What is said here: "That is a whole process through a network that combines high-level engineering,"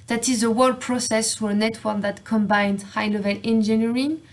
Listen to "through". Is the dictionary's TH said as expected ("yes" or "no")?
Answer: no